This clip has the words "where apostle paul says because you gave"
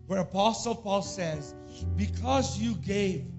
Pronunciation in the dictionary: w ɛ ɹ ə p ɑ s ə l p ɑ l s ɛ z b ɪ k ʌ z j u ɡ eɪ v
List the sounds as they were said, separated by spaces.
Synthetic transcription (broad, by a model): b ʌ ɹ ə p ɑ s l p ɑ l s ɛ z b ɪ k ʌ z j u ɡ eɪ v